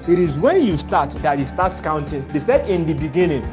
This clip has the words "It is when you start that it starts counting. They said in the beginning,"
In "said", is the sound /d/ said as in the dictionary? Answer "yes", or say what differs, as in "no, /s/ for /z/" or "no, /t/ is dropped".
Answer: yes